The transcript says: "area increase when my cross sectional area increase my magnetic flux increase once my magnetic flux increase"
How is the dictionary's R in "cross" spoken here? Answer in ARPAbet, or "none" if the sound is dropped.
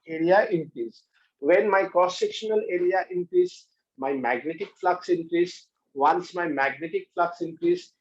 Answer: none